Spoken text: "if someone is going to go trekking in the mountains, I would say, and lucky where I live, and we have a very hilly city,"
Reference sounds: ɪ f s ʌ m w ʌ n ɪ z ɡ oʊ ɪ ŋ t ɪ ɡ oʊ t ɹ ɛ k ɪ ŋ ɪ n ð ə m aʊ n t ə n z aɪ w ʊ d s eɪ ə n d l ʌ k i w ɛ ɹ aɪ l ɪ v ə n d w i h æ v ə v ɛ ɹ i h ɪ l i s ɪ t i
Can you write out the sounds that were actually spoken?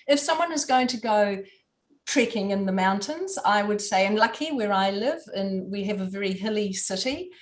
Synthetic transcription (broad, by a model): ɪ f s ʌ m w ʌ n ɪ z ɡ oʊ ɪ ŋ t ɪ ɡ oʊ t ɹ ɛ k ɪ ŋ ɪ n ð ə m aʊ n t ə n z aɪ w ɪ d s eɪ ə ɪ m l ʌ k i w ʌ ɹ aɪ l ɪ v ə n w i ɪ v ə v ɛ ɹ i h ɪ l i s ɪ t i